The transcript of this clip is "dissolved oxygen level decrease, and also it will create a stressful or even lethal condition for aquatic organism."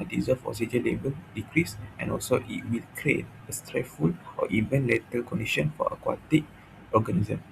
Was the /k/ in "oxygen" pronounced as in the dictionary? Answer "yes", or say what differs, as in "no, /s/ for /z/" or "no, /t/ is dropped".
no, /k/ is dropped